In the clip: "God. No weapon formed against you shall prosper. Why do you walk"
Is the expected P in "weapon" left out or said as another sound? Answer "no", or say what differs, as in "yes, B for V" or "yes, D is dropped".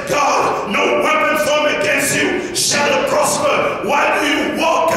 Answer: yes, P is dropped